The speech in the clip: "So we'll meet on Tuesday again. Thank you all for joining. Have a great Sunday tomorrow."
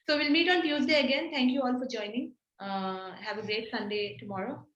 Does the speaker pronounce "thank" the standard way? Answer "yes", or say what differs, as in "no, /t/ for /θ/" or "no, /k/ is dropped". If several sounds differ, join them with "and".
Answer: no, /t/ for /θ/